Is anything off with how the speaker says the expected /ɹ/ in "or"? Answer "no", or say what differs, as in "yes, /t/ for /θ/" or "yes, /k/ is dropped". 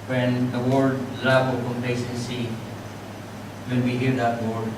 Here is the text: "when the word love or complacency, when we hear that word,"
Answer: yes, /l/ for /ɹ/